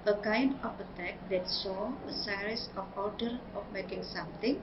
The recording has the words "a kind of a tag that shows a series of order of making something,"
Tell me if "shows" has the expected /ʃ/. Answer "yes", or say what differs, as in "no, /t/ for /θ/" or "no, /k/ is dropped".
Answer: no, /s/ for /ʃ/